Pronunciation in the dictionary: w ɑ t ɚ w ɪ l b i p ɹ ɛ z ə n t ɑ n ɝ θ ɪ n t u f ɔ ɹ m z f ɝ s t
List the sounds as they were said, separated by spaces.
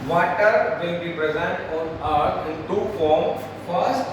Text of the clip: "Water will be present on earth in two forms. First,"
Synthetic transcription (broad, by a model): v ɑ t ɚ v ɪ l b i p ɹ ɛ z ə n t ɑ n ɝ t ɪ n t u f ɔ ɹ m f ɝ s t